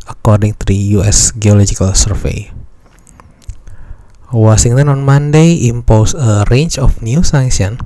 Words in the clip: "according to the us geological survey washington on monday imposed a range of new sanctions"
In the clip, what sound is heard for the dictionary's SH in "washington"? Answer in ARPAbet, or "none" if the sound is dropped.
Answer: S